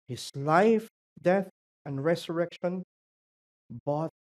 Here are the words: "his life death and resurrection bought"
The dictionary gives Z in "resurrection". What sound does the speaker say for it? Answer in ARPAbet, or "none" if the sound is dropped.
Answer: S